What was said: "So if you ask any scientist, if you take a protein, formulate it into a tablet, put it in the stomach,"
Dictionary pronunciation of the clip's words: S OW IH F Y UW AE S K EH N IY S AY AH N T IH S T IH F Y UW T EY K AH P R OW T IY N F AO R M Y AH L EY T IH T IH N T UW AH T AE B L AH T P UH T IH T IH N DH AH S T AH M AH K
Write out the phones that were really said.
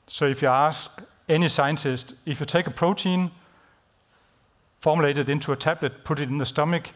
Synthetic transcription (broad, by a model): S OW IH F Y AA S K EH N IY S AY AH N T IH S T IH F Y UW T EY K AH P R OW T IY N F AO M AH L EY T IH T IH N S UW AH S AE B L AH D P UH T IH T IH N DH AH S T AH M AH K